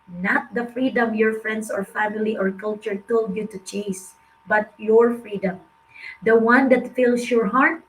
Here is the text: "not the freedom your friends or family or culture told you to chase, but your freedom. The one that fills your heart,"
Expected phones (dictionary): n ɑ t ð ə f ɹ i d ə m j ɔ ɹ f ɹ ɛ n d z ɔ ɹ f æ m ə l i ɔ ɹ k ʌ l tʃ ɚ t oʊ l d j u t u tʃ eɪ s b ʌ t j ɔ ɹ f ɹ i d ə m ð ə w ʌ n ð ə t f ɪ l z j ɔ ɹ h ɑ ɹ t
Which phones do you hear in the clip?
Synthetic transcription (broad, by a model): n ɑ t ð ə f ɹ i d ə m j ɔ ɹ f ɹ ɛ n d s ɔ ɹ f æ m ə l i ɔ ɹ k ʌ l tʃ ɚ t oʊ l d j u t u tʃ eɪ s b ʌ t j ɔ ɹ f ɹ i d ə m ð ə w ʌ n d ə t f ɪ l s j ɔ ɹ h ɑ ɹ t